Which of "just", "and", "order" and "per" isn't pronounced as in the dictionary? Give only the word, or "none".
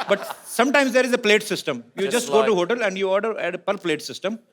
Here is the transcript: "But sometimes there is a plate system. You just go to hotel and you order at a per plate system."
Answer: none